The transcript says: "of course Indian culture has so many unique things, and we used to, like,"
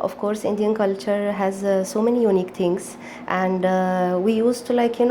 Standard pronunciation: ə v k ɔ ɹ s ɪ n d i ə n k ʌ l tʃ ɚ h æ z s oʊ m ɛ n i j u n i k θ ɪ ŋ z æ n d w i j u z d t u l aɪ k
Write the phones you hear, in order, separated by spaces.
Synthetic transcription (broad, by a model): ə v k ɔ ɹ s ɪ n d i ə n k ʌ l tʃ ɚ h æ z s oʊ m ɛ n i j u n i k t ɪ ŋ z æ n d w i j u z t u l aɪ k